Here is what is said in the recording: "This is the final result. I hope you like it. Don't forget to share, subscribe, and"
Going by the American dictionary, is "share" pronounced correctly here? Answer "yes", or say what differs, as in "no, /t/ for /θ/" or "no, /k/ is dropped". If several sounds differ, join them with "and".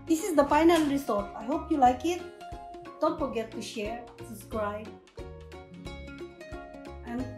yes